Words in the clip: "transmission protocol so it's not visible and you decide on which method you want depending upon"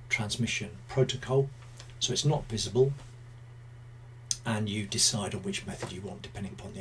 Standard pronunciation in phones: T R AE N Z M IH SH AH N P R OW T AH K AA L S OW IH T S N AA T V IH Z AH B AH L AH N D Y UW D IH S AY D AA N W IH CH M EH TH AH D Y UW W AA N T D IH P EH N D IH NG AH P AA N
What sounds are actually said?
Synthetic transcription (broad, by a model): T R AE N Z M IH SH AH N P R OW T AH K AA L S OW IH T S N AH T V IH Z AH B AH L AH N Y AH D IH S AY D N W IH CH M EH TH AH D Y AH W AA N D IH P EH N D IH NG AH P AA N